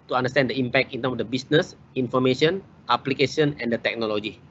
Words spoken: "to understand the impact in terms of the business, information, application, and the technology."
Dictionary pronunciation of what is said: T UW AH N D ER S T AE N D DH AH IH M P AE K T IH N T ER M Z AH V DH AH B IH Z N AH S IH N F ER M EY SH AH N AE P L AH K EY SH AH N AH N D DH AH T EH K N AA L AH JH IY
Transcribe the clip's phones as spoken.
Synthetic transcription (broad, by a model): T UW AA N D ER S T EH N D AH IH M P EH K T IH N T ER M S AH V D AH B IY S N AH S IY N F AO M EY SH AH N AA P L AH K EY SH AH N AH N D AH T EH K N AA L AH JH IY